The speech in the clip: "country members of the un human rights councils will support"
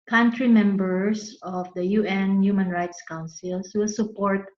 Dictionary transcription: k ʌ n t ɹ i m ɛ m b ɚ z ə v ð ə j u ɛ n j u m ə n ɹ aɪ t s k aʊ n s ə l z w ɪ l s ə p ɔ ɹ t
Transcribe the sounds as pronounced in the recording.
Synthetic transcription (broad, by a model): k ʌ n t ɹ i m ɛ m b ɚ s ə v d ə j u ɛ n j u m ə n ɹ aɪ t s k aʊ n s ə l s w ɪ l s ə p ɔ ɹ t